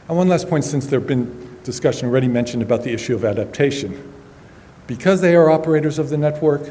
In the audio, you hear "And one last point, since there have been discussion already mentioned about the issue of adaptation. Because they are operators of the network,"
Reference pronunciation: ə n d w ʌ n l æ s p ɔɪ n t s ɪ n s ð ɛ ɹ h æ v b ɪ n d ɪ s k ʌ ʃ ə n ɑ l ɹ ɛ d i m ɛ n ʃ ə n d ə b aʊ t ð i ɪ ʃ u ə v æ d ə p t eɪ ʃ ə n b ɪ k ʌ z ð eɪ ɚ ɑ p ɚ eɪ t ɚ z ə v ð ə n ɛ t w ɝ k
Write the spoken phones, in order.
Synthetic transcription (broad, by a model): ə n w ʌ n l æ s p ɔɪ n t s ɪ n s ð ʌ ɹ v b ɪ n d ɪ s k ʌ ʃ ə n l ɹ ɛ d i m ɛ n ʃ ə n d ə b aʊ t ð i ɪ ʃ u ə v æ d ə p t eɪ ʃ ə n b ɪ k ʌ z ð eɪ ɚ ɑ p ɚ eɪ t ɚ z ə v ð ə n ɛ t w ɝ k